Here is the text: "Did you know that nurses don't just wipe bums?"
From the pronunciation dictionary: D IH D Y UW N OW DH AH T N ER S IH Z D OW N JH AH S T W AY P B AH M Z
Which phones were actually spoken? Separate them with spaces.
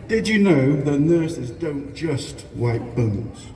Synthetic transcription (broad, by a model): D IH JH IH N OW DH AH T N ER S IH Z D OW N JH AH S T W AY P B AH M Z